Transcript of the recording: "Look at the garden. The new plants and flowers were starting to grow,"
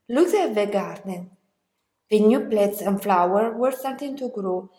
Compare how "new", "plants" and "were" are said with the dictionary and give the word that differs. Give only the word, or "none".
plants